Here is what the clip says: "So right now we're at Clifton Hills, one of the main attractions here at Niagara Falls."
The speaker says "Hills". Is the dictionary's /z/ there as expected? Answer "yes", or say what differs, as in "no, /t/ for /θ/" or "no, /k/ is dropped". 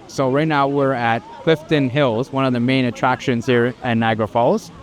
yes